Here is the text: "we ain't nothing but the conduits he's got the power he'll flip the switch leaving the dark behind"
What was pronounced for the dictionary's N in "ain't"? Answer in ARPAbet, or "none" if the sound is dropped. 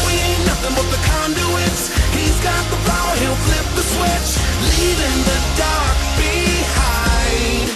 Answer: none